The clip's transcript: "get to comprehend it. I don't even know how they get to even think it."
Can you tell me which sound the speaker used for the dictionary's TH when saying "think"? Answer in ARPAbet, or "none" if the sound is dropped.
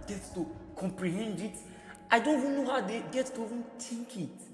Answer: T